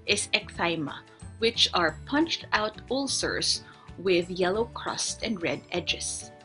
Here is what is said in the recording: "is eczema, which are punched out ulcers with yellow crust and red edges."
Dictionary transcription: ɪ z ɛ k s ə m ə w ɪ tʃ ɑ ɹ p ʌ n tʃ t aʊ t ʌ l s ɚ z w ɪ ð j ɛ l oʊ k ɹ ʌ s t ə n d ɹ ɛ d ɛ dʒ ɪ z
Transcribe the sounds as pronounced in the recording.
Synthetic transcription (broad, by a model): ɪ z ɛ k θ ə m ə w ɪ tʃ ɑ ɹ p ʌ n tʃ t aʊ t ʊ l s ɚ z w ɪ ð j ɛ l oʊ k ɹ ʌ s t ə n d ɹ ɛ d ɛ dʒ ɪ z